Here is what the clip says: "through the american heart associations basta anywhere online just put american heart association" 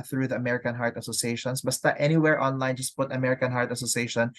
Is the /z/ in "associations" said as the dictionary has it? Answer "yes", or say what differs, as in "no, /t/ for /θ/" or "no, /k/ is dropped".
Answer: no, /s/ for /z/